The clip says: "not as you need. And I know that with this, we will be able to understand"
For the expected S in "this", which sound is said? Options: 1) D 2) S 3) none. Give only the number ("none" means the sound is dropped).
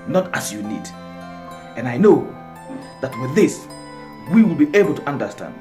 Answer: 2